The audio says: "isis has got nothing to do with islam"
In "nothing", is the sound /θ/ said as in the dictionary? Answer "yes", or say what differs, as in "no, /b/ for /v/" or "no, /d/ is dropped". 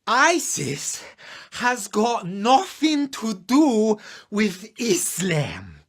yes